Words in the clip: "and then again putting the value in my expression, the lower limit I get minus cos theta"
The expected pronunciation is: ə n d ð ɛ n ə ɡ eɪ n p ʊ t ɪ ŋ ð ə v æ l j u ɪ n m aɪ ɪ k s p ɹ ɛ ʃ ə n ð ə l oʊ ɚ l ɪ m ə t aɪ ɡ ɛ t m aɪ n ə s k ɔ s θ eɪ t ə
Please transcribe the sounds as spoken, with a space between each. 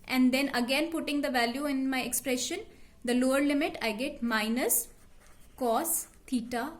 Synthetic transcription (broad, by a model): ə n d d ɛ n ə ɡ eɪ n p ʊ t ɪ ŋ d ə v æ l j u ɪ n m aɪ ɪ k s p ɹ ɛ ʃ ə n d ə l oʊ ɚ l ɪ m ə t aɪ ɡ ɛ t m aɪ n ə s k ɔ s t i t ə